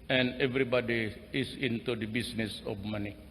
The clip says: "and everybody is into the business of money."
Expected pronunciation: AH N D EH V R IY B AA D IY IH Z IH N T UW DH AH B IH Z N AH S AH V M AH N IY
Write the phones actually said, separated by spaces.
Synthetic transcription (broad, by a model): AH N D EH V R IY B AA D IY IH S IH N T UW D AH B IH S N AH S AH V M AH N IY